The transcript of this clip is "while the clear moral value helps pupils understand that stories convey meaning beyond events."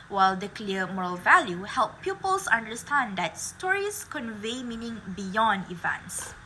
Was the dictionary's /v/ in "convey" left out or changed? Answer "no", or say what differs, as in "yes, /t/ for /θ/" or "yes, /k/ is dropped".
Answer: no